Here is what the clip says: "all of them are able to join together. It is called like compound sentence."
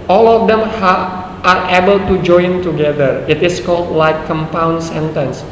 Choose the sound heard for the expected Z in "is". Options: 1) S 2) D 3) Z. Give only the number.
1